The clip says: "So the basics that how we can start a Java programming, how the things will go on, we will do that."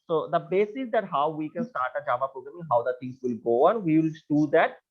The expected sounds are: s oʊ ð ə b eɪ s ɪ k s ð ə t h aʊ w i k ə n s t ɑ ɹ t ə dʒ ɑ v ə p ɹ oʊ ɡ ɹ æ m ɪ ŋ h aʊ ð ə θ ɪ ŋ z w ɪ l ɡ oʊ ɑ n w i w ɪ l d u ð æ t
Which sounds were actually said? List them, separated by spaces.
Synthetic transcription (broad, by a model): s oʊ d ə b eɪ s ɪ s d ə t h aʊ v i k ə n s t ɑ ɹ t ə dʒ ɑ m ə p ɹ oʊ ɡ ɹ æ m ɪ ŋ h aʊ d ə t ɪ ŋ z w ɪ l ɡ oʊ ɑ n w i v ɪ l d u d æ t